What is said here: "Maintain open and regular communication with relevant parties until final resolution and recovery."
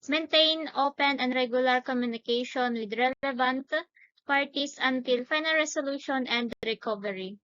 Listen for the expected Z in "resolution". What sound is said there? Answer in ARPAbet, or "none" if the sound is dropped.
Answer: S